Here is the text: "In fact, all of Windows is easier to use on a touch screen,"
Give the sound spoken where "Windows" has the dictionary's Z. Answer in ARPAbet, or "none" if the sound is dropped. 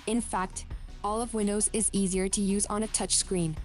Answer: Z